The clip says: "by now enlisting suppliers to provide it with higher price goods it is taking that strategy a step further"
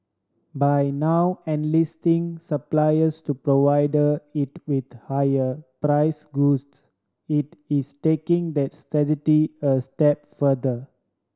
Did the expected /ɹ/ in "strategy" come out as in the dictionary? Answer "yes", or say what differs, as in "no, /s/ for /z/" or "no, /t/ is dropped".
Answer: no, /ɹ/ is dropped